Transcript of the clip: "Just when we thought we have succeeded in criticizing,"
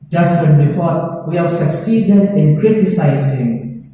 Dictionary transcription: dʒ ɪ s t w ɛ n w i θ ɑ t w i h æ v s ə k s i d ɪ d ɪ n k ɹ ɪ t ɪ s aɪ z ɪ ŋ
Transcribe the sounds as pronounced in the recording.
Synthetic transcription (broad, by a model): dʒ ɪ s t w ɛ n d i f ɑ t w i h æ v s ə k s i d ɪ d ɪ n k ɹ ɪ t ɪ s aɪ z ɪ ŋ